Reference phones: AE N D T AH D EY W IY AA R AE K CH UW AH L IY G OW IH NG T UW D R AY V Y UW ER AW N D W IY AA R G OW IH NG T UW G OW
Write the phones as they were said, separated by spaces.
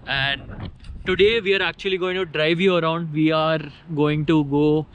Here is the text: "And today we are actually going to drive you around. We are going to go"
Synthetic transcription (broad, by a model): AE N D T AH D EY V IY AA R AE K CH UW AH L IY G OW IH NG T UW D R AY V Y UW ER AW N D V IY AA R G OW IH NG T UW G OW